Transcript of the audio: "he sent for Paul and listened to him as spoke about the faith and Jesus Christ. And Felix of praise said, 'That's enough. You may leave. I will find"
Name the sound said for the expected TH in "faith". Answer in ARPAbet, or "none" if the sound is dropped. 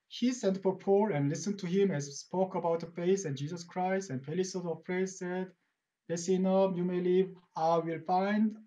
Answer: S